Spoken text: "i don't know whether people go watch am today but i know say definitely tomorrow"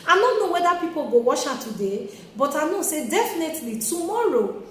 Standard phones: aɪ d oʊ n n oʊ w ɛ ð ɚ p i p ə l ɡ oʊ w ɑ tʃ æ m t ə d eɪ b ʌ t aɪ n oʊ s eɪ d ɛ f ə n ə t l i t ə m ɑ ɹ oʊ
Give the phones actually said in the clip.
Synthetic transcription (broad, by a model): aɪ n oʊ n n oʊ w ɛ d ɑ p i p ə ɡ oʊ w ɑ ʃ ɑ t ə d eɪ b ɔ t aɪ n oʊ s eɪ d ɛ f ə n ə t l i t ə m ɑ ɹ oʊ